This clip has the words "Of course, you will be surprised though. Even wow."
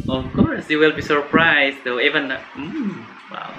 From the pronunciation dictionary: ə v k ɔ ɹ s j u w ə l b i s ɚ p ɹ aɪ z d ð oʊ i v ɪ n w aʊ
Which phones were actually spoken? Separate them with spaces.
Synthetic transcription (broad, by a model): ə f k ɔ ɹ s j u w ə l b i s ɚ p ɹ aɪ s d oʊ i v ɪ n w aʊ